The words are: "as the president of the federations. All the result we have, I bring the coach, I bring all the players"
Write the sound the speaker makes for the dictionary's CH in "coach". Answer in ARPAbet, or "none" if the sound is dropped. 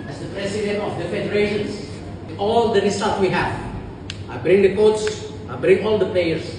S